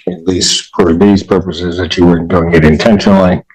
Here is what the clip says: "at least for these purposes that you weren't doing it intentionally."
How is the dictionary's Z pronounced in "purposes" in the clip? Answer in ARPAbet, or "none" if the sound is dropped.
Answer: Z